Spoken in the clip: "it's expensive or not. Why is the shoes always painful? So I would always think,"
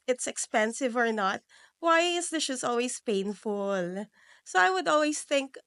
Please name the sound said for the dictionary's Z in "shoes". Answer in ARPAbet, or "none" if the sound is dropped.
S